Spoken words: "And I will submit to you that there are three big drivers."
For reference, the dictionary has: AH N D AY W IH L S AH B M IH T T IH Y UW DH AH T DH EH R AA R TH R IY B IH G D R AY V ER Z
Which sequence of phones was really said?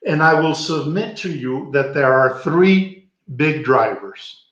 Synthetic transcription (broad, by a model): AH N AY W IH L S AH B M IH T T IH Y UW DH AH T DH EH R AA R TH R IY B IH G D R AY V ER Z